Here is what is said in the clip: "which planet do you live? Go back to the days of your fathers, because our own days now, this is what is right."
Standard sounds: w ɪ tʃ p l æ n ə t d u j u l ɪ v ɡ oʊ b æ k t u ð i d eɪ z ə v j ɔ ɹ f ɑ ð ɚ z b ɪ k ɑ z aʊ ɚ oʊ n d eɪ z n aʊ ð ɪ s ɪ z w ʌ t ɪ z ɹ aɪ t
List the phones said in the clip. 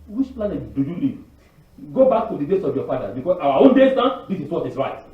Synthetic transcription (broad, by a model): w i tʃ p l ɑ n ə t d u j u l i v ɡ oʊ b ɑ k t u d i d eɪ s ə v j ɔ f ɑ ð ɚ b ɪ k ɑ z aʊ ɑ oʊ n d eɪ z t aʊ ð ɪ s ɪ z w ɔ t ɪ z ɹ aɪ t